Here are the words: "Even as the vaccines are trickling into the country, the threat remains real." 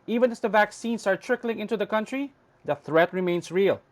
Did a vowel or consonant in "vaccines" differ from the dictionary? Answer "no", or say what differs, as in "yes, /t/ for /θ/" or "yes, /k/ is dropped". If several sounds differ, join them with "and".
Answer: yes, /s/ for /z/